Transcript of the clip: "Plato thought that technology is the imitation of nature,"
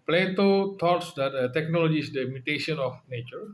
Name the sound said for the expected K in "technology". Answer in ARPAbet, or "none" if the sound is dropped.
K